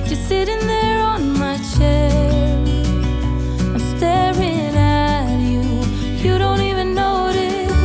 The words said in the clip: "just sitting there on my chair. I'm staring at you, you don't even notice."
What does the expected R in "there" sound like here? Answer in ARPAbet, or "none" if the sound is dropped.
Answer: R